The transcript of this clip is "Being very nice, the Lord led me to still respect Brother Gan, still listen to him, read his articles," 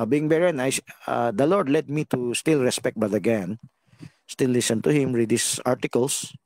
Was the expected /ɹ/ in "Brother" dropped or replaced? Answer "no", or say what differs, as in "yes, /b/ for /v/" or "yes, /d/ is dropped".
yes, /ɹ/ is dropped